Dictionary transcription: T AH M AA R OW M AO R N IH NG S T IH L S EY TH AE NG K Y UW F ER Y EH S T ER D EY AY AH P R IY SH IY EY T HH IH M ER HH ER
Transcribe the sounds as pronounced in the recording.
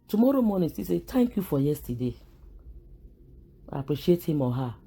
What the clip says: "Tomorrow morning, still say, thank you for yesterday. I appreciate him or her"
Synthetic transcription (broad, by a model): T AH M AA R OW M AO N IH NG S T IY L S EY T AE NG K Y UW F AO Y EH S T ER D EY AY AH P R IY SH IY EY T HH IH M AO HH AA